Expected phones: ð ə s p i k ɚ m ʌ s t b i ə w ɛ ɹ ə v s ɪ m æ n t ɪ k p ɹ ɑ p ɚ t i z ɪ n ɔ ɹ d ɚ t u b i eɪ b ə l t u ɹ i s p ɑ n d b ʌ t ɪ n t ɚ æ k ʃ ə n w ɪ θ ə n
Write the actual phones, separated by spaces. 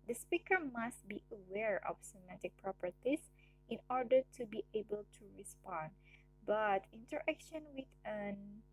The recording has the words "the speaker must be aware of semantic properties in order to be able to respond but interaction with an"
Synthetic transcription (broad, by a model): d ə s p i k ɚ m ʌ s t b i ə w ɛ ɹ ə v s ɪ m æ t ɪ k p ɹ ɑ p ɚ t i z ɪ n ɔ ɹ d ɚ t u b i eɪ b ə l t u ɹ i s p ɑ n d b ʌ t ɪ n t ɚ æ k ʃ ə n w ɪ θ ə n